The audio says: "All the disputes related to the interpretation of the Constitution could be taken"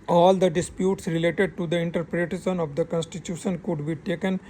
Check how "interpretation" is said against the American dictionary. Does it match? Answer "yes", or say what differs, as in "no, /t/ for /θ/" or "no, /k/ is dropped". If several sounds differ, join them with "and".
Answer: no, /s/ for /ʃ/